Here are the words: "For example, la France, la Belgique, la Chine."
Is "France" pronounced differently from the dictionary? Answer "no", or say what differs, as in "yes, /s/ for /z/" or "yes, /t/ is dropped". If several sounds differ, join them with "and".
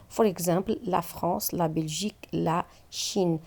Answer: yes, /n/ is dropped